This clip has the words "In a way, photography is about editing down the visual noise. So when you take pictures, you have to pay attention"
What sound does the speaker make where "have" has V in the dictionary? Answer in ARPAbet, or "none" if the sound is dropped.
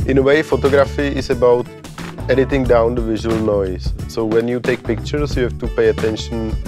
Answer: F